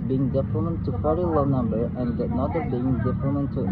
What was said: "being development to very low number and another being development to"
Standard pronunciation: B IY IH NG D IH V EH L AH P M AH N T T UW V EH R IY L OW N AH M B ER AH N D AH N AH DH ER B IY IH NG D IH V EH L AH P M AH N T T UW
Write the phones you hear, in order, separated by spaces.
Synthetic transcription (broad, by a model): B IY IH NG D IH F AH M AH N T T UW F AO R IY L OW N AH M B ER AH N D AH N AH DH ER B IY IH NG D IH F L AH M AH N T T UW